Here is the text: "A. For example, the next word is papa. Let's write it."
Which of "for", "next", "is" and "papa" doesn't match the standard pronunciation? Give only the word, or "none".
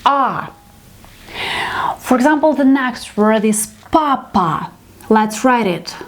is